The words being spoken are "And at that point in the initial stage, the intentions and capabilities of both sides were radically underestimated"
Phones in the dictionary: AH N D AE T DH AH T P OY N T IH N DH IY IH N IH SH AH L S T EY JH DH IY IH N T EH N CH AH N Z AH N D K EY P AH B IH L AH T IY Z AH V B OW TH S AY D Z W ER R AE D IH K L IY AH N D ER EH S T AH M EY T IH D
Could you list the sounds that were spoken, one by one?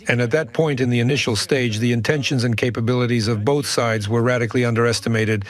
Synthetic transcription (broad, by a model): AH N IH T DH AH T P OY N T IH N DH IY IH N IH SH L S T EY JH DH IY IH N T EH N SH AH N Z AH N K EY P AH B IH L AH T IY Z AH V B OW TH S AY D Z W ER R AE D IH K L IY AH N D ER EH S T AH M EY T IH D